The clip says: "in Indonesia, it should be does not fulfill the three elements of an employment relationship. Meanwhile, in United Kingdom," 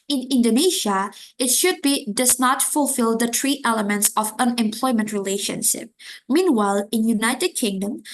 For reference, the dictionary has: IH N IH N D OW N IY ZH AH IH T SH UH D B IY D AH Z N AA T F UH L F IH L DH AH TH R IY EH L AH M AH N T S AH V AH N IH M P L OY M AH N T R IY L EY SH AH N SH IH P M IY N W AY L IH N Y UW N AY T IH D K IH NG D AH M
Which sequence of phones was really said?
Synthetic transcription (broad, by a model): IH N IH N D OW N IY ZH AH IH T SH UH D B IY D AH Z N AA T F UH L F IH L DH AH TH R IY EH L AH M AH N T S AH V AH N IH M P L OY M AH N T R IY L EY SH AH N SH IH P M IY N W AY L IH N Y UW N AY T IH D K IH NG D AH M